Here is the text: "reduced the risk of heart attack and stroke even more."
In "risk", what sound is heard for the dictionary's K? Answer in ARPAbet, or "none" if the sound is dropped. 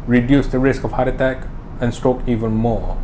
K